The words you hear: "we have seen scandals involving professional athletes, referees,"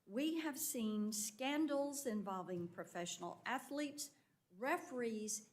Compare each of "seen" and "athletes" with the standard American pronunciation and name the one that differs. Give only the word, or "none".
none